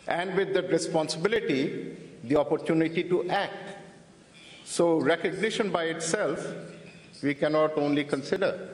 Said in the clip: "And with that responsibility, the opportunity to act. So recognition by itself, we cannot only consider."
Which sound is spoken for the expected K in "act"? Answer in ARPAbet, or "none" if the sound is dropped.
K